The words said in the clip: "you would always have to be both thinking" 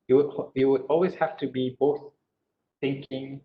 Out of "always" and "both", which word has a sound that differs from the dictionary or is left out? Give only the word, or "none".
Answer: none